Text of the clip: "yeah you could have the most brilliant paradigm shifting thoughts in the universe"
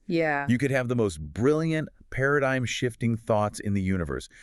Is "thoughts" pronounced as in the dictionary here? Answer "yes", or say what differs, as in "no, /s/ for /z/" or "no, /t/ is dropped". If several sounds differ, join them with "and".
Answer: yes